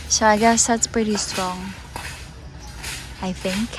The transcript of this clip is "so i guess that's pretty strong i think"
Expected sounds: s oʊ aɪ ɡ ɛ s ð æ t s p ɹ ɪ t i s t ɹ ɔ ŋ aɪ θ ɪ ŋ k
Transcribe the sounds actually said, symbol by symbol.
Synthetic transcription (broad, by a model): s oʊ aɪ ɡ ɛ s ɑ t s p ɹ ɪ t i s t ɹ ɔ ŋ aɪ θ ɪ ŋ k